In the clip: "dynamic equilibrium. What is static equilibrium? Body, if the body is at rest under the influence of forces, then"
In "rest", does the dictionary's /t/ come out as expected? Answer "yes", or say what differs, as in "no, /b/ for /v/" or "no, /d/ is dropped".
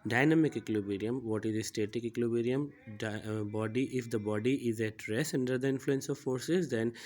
no, /t/ is dropped